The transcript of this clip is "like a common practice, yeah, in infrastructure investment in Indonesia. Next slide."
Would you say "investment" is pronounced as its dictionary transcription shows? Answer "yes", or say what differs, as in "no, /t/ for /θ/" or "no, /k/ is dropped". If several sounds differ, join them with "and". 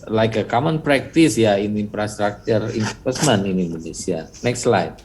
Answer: no, /t/ is dropped